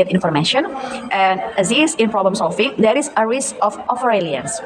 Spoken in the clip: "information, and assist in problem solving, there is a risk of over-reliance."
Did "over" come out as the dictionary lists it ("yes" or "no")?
no